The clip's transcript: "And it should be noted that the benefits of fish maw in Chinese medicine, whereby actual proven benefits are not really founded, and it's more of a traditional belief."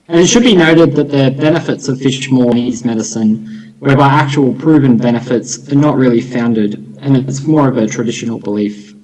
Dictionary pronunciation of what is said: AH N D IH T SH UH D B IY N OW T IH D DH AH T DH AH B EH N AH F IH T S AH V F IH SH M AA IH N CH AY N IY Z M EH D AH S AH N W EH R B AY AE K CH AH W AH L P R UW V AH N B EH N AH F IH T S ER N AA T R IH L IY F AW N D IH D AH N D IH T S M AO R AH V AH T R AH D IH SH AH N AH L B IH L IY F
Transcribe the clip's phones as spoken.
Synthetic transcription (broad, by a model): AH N IH T SH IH D B IY N OW T IH D DH AH T DH AH B EH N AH F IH T S AH V F IH SH M AA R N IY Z M EH D AH S AH N W EH R B AY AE K CH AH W L P R UW V AH N B EH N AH F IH T S ER N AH T R IH L IY F AW N D IH D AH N IH T S M AO R AH V AH T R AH D IH SH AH N L B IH L IY F